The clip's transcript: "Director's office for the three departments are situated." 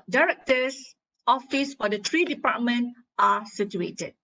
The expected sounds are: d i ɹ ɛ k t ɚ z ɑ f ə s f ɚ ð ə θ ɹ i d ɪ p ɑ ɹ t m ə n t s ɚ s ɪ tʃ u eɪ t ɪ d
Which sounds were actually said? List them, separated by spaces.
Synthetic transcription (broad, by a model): d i ɹ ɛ k t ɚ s ɑ f ə s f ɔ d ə t ɹ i d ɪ p ɑ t m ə n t ɑ s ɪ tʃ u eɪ t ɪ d